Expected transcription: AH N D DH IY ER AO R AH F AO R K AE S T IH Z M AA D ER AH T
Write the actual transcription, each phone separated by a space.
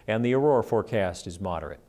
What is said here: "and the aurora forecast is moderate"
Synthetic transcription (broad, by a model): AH N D DH IY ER AO R F AO R K AE S T IH Z M AA D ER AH T